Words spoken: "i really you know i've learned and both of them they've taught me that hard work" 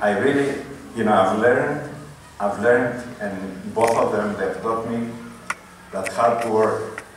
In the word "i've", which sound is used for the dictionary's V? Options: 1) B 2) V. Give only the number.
2